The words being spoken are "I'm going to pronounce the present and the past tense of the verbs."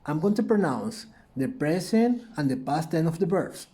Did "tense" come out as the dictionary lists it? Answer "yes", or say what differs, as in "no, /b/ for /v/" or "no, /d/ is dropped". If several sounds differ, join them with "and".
no, /s/ is dropped